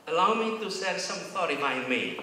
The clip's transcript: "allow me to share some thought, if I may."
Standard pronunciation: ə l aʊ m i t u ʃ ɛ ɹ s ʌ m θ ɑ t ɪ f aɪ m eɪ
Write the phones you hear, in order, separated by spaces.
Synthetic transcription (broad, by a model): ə l aʊ m i t u s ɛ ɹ s ʌ m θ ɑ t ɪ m aɪ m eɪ